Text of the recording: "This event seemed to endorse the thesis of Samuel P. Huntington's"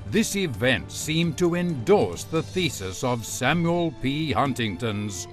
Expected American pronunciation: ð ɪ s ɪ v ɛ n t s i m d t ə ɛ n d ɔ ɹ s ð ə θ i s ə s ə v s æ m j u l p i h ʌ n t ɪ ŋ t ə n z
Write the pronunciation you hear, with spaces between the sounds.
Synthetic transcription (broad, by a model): ð ɪ s ɪ v ɛ n t s i m t ə ɛ n d ɔ ɹ s ð ə θ i s ə s ə v s æ m j u l p i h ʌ n t ɪ ŋ t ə n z